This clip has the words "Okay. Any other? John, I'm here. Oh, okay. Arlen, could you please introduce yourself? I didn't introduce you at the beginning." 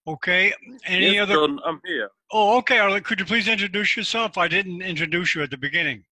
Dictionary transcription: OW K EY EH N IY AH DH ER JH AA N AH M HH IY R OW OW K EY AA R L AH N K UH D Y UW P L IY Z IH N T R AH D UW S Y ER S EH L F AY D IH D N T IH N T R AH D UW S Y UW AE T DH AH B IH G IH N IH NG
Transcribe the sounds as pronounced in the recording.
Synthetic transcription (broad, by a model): OW K EY EH N IY AH DH ER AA AH M HH IY R OW OW K EY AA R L K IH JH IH P L IY Z IH N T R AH D UW S Y ER S EH L F AY D IH D N T IH N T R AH D UW S Y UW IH T DH AH B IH G IH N IH NG